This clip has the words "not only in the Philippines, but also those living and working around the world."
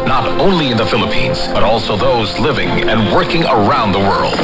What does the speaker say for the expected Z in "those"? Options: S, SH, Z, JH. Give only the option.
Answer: Z